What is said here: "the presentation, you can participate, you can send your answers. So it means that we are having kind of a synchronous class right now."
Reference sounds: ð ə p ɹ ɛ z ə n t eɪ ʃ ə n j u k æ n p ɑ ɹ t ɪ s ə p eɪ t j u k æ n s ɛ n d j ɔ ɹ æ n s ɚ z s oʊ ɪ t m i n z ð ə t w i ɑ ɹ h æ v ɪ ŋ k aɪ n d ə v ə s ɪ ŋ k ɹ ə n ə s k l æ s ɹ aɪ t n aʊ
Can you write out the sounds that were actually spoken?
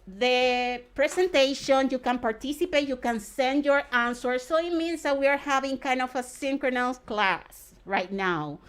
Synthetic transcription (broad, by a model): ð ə p ɹ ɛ s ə n t eɪ ʃ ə n j u k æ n p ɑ ɹ t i s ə p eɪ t j u k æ n s ɛ n d j ɔ ɹ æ n s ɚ s oʊ ɪ t m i n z ð ə t w i ɑ ɹ h æ v ɪ ŋ k aɪ n d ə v ə s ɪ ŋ k ɹ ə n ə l k l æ s ɹ aɪ t n aʊ